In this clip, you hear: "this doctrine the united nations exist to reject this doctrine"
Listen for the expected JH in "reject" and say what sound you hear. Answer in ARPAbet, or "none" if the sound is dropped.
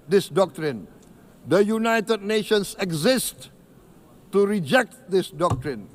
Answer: JH